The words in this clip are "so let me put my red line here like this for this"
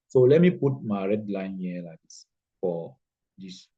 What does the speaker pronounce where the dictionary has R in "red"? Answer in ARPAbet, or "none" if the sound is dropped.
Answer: R